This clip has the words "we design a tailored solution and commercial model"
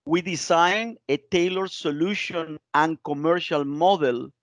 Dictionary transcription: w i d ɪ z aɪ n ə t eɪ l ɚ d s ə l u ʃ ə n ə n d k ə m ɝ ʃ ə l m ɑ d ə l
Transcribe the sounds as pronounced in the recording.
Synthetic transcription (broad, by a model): w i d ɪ s aɪ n ə t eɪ l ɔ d s ə l u ʃ ə n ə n k ə m ɝ ʃ ə l m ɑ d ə l